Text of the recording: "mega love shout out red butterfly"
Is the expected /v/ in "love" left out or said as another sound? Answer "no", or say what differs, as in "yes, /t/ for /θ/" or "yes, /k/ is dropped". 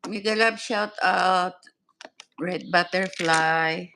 yes, /b/ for /v/